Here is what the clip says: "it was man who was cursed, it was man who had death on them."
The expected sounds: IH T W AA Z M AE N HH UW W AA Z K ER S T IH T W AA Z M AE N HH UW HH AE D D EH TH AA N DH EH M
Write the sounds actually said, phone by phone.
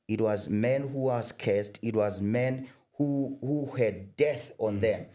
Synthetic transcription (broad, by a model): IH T W AA Z M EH N HH UW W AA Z K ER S T IH T W AA Z M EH N HH UW HH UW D D EH TH AA N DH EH M